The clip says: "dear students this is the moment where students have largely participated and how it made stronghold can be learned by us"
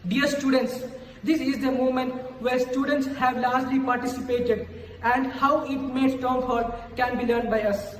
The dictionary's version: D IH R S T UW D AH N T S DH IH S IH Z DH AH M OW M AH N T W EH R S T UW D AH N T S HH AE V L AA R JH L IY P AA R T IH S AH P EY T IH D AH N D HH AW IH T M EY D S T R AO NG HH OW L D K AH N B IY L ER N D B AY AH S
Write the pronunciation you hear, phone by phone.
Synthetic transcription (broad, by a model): D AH R S T UW D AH N T S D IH S IH Z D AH M OW M AH N T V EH R S T UW D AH N T S HH AE V L AA R JH L IY P AA R T IH S AH P EY T IH D AH N D HH AW IH T M EY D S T AO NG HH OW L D K AH N B IY L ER N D B AY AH S